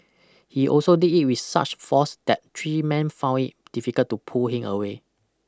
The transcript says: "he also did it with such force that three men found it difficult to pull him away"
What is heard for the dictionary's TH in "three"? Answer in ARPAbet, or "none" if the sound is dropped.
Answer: T